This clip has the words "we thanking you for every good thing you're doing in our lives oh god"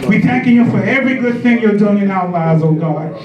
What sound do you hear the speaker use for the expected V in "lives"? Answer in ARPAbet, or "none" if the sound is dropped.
none